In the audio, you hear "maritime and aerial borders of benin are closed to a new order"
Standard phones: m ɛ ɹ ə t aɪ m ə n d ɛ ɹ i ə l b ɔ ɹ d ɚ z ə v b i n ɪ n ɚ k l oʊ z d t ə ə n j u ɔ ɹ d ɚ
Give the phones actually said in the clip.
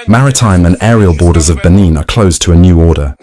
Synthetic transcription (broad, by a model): m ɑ ɹ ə t aɪ m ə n ɛ ɹ i ə l b ɔ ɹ d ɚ z ə v b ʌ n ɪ n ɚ k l oʊ z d t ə ə n j u ɔ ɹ d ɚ